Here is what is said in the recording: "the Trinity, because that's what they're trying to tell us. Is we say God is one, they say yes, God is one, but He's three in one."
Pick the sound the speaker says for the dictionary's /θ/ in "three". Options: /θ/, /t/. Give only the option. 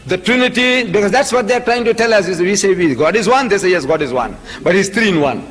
/t/